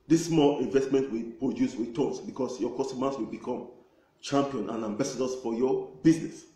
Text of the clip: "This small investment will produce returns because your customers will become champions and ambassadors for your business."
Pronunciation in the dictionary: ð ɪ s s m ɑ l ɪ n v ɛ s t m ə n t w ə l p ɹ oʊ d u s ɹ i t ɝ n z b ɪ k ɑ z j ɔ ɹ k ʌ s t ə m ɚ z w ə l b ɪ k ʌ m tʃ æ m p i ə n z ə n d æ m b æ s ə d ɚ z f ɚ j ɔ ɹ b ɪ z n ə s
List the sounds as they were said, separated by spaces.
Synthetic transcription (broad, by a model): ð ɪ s s m ɑ l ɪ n v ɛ s t m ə n t w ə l p ɹ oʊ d u s w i t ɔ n s b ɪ k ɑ s j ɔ k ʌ s t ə m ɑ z w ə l b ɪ k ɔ m tʃ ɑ m p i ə n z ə n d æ m b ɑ s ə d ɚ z f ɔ j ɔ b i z n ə s